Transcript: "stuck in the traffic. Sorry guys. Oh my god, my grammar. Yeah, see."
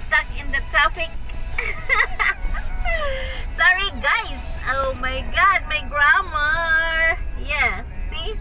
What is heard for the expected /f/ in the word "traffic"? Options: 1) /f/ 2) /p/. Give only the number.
2